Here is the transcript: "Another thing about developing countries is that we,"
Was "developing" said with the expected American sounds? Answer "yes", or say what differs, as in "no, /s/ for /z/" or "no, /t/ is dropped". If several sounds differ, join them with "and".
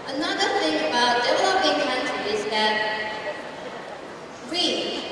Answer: no, /w/ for /v/ and /b/ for /p/